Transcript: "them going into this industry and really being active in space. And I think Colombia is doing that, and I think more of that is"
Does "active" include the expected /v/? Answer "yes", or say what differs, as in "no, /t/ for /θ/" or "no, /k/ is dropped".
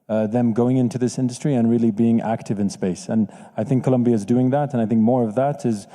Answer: yes